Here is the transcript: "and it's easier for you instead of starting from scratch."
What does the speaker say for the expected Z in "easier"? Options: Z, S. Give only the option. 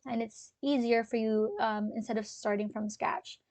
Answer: Z